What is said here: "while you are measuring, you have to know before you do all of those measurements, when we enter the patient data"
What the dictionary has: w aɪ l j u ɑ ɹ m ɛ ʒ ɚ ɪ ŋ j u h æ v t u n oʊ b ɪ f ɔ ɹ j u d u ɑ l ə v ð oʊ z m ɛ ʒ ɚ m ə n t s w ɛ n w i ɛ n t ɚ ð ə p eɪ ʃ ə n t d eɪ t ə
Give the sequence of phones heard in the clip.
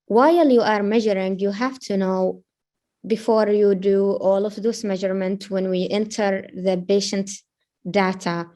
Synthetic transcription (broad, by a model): w aɪ l j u ɑ ɹ m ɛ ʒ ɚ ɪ ŋ j u h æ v t u n oʊ b ɪ f ɔ ɹ j u d u ɑ l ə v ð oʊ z m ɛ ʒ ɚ m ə n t w ɛ n w i ɛ n t ɚ ð ə b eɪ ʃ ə n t d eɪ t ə